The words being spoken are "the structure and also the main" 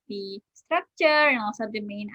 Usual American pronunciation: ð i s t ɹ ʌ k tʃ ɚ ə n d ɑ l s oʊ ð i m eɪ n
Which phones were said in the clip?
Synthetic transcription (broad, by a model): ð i s t ɹ ʌ k tʃ ɚ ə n ɑ l s oʊ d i m eɪ n